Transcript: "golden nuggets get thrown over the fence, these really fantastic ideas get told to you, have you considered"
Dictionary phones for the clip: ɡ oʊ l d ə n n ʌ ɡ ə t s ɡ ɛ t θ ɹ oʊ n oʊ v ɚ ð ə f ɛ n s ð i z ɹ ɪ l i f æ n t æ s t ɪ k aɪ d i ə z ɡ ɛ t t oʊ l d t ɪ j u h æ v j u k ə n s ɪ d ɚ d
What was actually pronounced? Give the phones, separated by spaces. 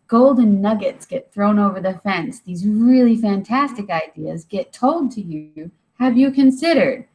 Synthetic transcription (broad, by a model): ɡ oʊ l d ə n n ʌ ɡ ə t s ɡ ɛ t θ ɹ oʊ n oʊ v ɚ ð ə f ɛ n s ð i z ɹ ɪ l i f æ n t æ s t ɪ k aɪ d i ə z ɡ ɛ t t oʊ l d t ɪ j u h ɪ v j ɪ k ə n s ɪ d ɚ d